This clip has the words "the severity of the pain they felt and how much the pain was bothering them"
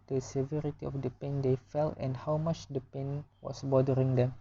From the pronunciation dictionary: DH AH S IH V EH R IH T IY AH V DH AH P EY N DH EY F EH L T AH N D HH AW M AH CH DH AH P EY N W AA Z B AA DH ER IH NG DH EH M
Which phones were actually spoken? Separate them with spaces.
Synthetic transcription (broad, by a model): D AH S IH V EH R IH T IY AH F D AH P EY N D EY F EH L T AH N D HH AW M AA CH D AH P EY N W AA S B AA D ER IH NG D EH M